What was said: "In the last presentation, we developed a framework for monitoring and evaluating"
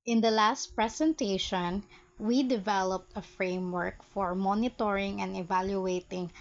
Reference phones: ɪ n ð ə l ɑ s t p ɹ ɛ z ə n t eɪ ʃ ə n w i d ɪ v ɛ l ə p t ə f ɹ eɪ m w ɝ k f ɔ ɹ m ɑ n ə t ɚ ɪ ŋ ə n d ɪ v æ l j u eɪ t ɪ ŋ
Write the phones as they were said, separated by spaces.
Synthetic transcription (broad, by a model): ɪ n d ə l ɑ s t p ɹ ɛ s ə n t eɪ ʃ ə n w i d ɪ v ɛ l ə p t ə f ɹ eɪ m w ɝ k f ɔ ɹ m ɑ n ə t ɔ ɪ ŋ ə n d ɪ v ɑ l j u eɪ t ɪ ŋ